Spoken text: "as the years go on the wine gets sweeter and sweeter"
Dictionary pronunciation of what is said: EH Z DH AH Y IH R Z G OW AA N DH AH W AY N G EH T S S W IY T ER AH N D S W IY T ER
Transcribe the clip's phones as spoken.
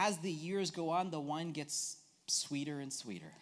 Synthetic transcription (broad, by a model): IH Z DH AH Y IH R Z G OW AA N DH AH W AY N G EH T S S W IY T ER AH N S W IY T ER